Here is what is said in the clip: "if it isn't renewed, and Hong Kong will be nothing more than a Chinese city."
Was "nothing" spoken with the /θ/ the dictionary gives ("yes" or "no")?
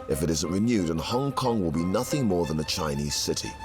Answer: yes